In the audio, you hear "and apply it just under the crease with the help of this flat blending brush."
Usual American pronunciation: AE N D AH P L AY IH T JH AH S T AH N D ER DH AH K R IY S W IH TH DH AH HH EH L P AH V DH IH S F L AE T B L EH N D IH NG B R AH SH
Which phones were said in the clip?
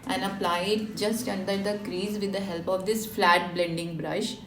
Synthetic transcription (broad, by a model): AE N AH P L AY IH T JH AH S T AH N D ER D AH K R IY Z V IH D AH HH EH L P AH V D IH S F L AE T B L EH N D IH NG B R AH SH